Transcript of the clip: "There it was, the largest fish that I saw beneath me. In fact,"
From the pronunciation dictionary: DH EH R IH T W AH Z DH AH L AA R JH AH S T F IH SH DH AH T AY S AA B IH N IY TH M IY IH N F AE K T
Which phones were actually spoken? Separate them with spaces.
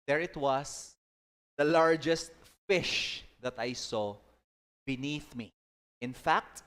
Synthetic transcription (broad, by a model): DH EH R IH T W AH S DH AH L AA R JH AH S T F IH SH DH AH T AY S AA B IH N IY TH M IY IH N F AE K T